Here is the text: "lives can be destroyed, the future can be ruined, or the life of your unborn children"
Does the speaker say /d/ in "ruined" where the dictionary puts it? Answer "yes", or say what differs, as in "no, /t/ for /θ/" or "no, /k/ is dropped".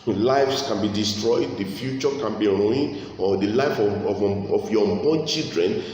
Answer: no, /d/ is dropped